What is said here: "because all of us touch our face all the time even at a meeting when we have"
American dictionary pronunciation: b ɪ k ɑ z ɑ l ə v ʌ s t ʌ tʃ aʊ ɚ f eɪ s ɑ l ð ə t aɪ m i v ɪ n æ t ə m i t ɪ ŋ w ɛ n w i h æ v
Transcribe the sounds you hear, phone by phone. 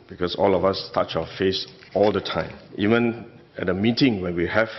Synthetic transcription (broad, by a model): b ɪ k ɑ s ɑ l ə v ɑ s t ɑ tʃ aʊ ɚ f eɪ s ɑ l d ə t aɪ m i v ɪ n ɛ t ə m i t ɪ ŋ w ɛ n w i h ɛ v